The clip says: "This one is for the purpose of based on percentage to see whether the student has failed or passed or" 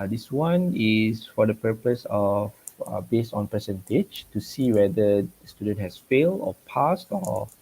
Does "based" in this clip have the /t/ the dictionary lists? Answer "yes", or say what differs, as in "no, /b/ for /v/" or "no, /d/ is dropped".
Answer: yes